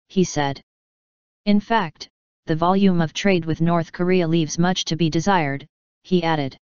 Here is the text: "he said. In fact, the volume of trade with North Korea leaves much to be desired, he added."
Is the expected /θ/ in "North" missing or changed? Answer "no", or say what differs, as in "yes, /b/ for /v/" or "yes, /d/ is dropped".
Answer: no